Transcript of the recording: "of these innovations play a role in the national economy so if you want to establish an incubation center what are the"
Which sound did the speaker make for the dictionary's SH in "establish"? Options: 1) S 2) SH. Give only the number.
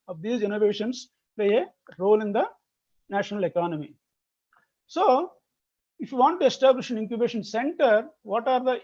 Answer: 2